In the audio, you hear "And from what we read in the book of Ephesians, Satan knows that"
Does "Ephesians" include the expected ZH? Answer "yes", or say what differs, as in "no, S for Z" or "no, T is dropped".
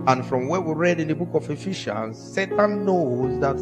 no, SH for ZH